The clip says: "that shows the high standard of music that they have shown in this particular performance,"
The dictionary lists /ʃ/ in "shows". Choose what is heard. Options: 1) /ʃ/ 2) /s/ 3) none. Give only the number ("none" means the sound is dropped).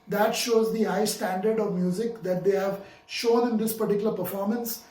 1